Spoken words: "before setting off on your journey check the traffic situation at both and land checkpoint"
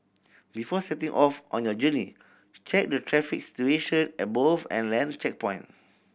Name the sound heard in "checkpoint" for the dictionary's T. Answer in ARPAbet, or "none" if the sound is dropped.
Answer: none